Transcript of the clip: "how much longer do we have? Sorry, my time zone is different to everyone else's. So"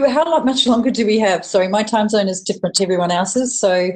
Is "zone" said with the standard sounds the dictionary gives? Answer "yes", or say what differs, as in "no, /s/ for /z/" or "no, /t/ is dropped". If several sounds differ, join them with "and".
yes